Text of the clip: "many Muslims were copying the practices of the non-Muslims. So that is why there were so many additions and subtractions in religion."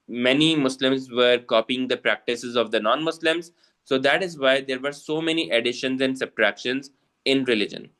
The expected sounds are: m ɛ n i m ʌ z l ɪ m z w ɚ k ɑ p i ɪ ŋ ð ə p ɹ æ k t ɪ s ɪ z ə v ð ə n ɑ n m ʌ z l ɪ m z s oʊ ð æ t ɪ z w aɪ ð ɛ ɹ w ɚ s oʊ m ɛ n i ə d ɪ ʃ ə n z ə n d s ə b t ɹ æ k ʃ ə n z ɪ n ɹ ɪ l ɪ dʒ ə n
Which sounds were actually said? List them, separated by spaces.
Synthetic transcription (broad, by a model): m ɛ n i m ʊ s l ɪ m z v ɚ k ɑ p i ɪ ŋ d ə p ɹ æ k t ɪ s ɪ z ə v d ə n ɑ n m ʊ s l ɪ m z s oʊ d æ t ɪ z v aɪ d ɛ ɹ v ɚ s oʊ m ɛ n i ə d ɪ ʃ ə n z ə n d s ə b t ɹ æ k ʃ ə n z ɪ n ɹ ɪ l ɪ dʒ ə n